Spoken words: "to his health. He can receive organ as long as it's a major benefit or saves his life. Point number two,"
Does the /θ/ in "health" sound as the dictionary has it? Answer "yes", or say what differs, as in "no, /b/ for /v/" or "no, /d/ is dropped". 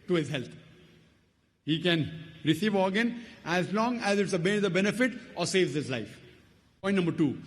no, /t/ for /θ/